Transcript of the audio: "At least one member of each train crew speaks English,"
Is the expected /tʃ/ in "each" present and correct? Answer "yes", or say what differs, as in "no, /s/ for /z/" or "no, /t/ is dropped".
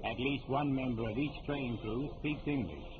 yes